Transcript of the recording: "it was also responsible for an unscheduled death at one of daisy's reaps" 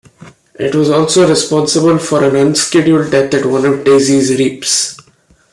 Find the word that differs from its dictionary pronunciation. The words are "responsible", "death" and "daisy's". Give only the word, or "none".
death